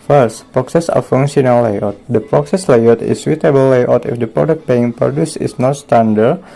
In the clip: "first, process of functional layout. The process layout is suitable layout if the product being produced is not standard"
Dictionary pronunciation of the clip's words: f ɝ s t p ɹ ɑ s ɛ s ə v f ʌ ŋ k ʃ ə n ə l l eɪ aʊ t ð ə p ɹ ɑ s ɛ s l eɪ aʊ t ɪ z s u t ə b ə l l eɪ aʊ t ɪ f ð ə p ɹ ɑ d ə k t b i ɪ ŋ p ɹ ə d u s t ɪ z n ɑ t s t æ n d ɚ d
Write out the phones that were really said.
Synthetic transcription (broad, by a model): f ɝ s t p ɹ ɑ s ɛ s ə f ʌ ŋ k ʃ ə n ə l l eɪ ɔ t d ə p ɹ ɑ s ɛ s l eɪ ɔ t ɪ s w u t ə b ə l l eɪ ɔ t ɪ f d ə p ɹ ɑ d ə k t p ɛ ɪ ŋ p ɹ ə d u s ɪ s n ɑ t s t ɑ n d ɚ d